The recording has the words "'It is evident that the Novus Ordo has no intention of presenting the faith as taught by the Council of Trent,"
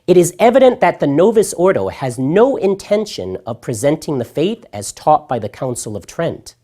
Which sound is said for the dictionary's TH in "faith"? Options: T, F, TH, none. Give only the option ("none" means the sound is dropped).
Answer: TH